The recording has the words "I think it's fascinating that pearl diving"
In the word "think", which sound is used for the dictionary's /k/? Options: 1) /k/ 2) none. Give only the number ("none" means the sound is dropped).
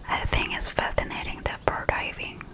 2